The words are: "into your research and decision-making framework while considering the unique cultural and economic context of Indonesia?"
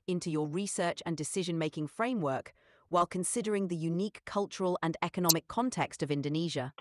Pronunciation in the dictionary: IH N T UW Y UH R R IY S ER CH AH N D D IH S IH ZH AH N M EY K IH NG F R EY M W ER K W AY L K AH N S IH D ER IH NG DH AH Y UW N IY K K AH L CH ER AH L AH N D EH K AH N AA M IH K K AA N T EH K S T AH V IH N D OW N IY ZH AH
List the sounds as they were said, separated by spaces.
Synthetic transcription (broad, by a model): IH N T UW Y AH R R IY S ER CH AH N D D IH S IH ZH AH N M EY K IH NG F R EY M W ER K W AY L K AH N S IH D ER IH NG DH AH Y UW N IY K K AH L CH ER AH L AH N EH K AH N AA M IH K K AA N T EH K S T AH V IH N D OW N IY ZH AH